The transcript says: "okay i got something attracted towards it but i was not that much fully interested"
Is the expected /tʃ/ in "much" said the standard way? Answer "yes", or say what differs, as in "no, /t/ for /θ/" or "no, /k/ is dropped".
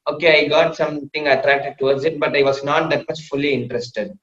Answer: no, /s/ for /tʃ/